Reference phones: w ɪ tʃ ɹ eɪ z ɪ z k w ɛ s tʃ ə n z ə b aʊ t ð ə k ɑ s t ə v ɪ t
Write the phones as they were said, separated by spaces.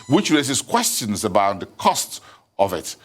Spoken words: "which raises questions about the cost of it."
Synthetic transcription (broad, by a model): w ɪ tʃ ɹ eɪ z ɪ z k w ɛ s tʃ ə n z ə b aʊ t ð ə k ɑ s t ə v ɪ t